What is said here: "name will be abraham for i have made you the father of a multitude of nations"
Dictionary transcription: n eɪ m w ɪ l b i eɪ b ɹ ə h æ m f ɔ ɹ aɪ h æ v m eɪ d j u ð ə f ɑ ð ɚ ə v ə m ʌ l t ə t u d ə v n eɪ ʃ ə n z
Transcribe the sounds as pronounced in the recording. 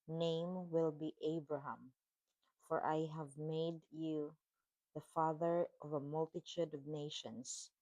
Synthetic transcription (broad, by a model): n eɪ m w ɪ l b i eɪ b ɹ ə h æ m f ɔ ɹ aɪ h æ v m eɪ d j u ð ə f ɑ ð ɚ ə v ə m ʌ l t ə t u d ə v n eɪ ʃ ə n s